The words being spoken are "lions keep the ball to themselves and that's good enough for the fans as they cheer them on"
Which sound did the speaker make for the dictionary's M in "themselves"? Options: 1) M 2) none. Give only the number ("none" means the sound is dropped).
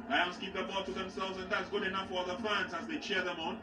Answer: 1